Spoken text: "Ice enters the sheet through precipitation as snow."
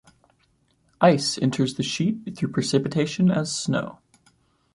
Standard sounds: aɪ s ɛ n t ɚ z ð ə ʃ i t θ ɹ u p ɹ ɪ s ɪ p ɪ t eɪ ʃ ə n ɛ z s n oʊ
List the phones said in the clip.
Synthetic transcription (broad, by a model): aɪ s ɛ n t ɚ z ð ə ʃ i t θ ɹ u p ɹ ɪ s ɪ p ɪ t eɪ ʃ ə n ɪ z s n oʊ